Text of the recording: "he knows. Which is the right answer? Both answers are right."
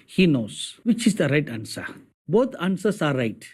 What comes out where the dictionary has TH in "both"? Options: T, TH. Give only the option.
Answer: T